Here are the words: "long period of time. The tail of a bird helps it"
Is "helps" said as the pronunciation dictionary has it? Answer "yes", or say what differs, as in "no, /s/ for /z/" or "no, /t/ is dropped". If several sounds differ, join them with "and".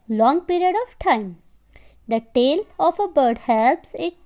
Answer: yes